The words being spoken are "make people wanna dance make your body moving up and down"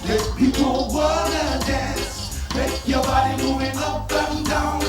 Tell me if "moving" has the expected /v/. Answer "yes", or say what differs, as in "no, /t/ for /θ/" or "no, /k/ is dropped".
no, /v/ is dropped